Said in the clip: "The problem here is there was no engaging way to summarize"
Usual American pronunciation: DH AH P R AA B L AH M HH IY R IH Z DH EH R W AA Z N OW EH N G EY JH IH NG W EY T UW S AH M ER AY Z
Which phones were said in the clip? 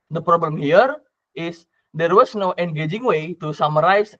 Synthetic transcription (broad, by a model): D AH P R AA B L AH M HH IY R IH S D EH R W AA S N OW EH N G EY JH IH NG W EY T UW S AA M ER AY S